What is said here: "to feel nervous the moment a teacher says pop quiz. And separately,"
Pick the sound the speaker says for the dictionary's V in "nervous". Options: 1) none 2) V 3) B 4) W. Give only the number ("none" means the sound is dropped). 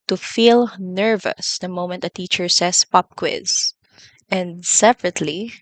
2